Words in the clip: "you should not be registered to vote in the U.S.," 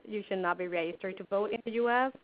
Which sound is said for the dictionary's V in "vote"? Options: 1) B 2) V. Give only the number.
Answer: 2